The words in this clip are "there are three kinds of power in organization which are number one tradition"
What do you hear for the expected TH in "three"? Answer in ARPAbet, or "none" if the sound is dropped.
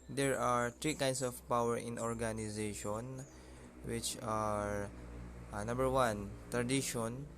T